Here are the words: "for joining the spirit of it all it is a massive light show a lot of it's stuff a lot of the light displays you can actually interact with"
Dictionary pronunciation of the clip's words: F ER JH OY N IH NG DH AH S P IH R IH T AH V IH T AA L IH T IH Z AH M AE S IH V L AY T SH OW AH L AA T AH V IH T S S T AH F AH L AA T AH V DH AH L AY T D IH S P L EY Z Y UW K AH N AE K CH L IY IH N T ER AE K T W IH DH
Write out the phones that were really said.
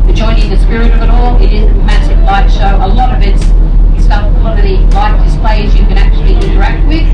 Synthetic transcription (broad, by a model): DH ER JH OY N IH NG DH AH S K R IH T AH V IH T AA L IH T IH Z AH M AE S IH V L AY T SH OW AH L AA T AH V IH T S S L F AH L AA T AH V DH AH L AY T D IH S P L EY Z Y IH K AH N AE K CH L IY IH N T ER AE K T W IH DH